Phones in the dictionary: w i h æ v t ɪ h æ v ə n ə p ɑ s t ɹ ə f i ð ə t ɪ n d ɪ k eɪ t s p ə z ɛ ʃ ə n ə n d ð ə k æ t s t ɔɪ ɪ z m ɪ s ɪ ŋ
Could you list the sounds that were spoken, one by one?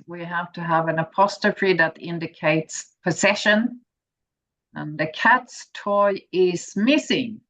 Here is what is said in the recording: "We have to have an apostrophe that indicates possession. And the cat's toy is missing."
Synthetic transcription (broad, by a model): w i h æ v t ɪ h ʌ v ə n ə p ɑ s t ə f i ð ə t ɪ n d ɪ k eɪ t s p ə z ɛ ʃ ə n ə n ð ə k æ t s t ɔɪ ɪ z m ɪ s ɪ ŋ